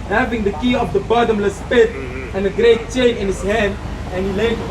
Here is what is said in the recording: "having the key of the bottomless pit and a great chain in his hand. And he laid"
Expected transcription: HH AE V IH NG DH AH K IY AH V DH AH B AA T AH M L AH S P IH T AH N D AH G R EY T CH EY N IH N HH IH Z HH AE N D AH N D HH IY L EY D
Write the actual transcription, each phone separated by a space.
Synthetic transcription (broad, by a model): HH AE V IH NG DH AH K IY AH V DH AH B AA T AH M L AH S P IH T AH N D AH G R EY T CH EY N IH N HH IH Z HH AE N D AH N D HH IY L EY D